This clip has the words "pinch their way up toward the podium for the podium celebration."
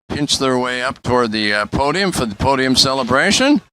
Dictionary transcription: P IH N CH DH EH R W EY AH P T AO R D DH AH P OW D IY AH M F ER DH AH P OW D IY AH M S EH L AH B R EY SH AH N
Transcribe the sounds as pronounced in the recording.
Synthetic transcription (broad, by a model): P IH N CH DH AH R W EY AH P T AO R D DH AH P OW D IY AH M F ER DH AH P OW D IY AH M S EH L AH B R EY SH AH N